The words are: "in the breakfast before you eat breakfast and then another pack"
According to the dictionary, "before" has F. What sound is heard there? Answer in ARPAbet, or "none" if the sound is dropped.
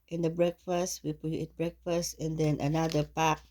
P